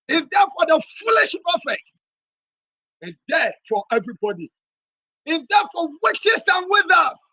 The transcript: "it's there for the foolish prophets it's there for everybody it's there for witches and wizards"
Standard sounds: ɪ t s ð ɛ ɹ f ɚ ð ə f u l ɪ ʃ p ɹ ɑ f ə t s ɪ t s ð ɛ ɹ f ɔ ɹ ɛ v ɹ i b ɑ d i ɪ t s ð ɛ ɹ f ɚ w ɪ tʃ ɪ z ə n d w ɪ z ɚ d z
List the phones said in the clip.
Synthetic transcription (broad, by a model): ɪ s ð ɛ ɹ f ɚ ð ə f u l ɪ ʃ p ɑ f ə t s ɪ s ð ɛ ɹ f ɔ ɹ ɛ v ɹ i b ɑ d i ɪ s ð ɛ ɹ f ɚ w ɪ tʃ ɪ s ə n w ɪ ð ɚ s